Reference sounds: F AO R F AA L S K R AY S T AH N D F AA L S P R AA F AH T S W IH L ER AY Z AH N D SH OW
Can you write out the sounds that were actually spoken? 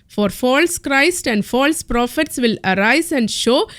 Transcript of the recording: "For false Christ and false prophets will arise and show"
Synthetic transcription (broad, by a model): F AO R F AA L S K R AY S T AH N D F AA L S P R AA F AH T S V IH L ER AY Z AH N D SH OW